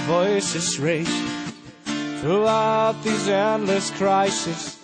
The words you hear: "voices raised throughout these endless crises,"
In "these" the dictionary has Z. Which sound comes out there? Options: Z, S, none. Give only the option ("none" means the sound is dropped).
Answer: Z